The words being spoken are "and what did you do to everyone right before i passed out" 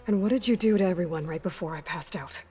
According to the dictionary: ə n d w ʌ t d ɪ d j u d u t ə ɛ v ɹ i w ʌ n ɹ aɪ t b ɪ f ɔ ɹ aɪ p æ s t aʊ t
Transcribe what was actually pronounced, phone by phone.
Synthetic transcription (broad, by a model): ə n w ʌ t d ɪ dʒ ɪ d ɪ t ɛ v ɹ i w ʌ n ɹ aɪ t b ɪ f ɔ ɹ aɪ p æ s t aʊ t